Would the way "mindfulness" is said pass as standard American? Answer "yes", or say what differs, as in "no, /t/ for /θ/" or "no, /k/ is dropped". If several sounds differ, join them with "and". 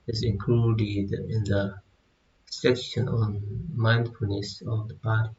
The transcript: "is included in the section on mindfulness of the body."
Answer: no, /l/ is dropped